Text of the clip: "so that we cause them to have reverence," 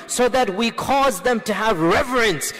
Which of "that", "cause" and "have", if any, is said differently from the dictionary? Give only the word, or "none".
none